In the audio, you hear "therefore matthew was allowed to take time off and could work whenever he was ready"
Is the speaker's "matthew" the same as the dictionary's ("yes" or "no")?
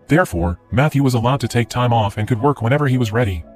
yes